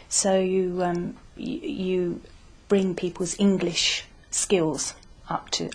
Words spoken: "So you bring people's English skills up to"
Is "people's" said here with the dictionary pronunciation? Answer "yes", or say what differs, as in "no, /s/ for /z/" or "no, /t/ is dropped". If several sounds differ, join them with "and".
yes